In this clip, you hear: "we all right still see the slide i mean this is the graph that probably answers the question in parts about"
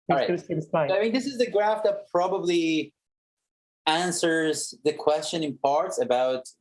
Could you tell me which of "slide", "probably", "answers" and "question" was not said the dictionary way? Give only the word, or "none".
slide